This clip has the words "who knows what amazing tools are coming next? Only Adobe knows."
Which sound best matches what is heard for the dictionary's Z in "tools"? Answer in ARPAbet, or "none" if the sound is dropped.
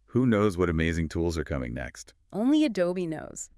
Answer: Z